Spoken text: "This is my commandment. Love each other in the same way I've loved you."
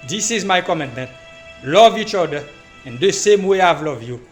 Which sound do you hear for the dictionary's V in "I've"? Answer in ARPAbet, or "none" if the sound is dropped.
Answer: V